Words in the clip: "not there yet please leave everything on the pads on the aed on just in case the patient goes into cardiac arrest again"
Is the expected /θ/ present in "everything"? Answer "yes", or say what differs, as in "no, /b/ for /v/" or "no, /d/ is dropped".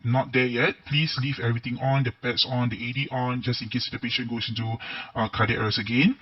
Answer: no, /t/ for /θ/